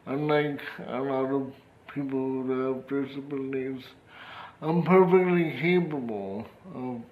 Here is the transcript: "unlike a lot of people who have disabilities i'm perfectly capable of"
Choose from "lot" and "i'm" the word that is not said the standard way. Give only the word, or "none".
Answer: lot